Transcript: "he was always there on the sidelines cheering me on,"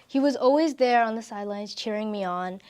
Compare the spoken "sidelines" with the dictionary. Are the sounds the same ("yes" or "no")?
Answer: yes